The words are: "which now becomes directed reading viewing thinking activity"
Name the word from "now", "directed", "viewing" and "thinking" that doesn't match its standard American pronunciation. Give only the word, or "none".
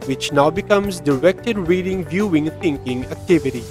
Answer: thinking